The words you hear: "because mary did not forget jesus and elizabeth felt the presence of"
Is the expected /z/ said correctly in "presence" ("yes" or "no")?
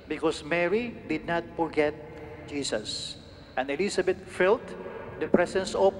no